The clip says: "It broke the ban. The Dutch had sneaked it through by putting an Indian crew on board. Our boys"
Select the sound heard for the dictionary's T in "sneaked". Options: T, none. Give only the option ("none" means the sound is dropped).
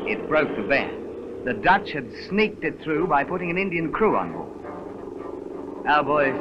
T